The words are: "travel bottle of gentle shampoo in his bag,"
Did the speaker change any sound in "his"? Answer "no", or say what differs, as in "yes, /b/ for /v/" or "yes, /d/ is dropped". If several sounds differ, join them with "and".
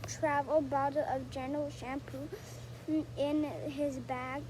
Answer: no